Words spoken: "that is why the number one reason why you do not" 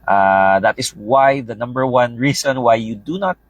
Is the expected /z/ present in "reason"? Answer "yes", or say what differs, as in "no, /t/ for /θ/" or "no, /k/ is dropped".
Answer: no, /s/ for /z/